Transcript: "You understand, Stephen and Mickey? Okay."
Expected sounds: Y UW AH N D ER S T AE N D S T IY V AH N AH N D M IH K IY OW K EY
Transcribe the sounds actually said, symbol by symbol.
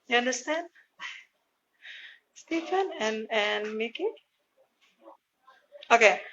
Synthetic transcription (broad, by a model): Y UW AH N D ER S T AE N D S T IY F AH N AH N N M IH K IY OW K EY